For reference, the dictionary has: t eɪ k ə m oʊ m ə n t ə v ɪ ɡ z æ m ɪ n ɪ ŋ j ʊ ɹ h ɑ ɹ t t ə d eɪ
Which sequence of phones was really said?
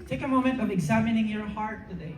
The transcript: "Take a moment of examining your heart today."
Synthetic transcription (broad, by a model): t eɪ k ə m oʊ m ə n t ə v ɪ ɡ z æ m ɪ n ɪ ŋ j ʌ ɹ h ɑ ɹ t t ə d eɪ